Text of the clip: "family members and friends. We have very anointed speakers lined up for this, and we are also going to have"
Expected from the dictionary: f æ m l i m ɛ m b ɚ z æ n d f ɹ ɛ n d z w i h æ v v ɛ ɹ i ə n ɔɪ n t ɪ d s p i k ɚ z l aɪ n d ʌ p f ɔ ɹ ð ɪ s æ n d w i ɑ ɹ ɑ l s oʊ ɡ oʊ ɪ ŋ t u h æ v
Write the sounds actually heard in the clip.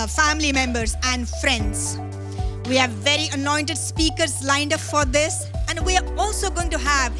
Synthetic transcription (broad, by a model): f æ m l i m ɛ m b ɚ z æ n d f ɹ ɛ n d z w i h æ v v ɛ ɹ i ə n ɔɪ n t ɪ d s p i k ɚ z l aɪ n d ʌ p f ɔ ɹ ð ɪ s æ n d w i ɑ ɹ ɑ l s oʊ ɡ oʊ ɪ ŋ t u h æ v